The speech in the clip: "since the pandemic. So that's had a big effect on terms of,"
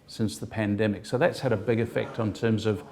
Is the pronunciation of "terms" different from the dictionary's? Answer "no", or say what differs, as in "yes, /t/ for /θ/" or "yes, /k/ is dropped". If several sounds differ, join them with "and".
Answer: no